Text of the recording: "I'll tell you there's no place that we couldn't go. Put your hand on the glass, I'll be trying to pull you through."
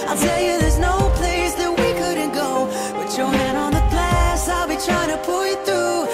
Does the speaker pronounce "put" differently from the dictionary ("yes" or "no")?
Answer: yes